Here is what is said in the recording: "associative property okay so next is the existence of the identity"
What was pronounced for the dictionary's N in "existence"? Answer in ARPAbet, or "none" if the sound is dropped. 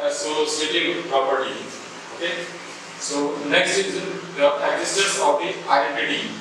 none